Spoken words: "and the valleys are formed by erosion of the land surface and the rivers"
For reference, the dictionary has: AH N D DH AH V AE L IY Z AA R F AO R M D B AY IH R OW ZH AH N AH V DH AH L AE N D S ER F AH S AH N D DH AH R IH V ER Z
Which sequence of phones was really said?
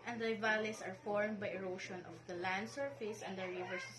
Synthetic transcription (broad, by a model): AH N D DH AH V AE L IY S AA R F AO R M D B AY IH R OW SH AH N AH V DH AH L AE N D S ER F AH S AH N D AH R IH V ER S